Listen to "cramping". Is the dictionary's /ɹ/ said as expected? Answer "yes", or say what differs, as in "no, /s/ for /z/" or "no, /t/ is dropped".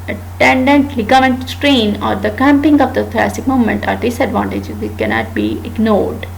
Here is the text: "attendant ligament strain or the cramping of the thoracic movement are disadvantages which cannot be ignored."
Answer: no, /ɹ/ is dropped